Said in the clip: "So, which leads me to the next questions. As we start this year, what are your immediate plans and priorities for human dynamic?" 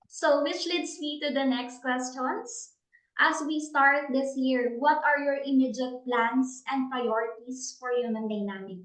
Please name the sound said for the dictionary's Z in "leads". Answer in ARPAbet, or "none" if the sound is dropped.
S